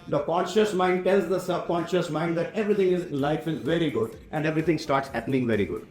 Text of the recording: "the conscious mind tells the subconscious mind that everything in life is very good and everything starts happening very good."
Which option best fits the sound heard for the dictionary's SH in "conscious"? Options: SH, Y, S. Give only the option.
SH